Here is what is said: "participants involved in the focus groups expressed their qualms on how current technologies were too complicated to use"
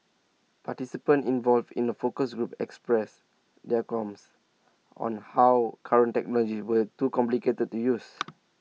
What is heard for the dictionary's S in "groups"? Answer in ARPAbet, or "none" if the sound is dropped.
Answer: none